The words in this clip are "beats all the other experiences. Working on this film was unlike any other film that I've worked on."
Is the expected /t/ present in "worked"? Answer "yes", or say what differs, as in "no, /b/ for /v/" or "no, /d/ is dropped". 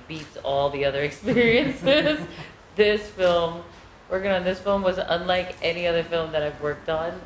yes